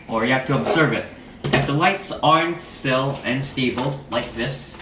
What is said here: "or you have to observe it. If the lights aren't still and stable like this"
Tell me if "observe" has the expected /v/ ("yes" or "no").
yes